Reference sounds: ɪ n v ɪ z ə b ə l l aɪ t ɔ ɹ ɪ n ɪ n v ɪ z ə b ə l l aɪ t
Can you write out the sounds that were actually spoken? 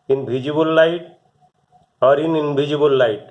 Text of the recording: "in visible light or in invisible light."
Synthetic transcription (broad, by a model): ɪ n b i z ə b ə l l aɪ t ɔ ɹ ɪ n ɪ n b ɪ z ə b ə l l aɪ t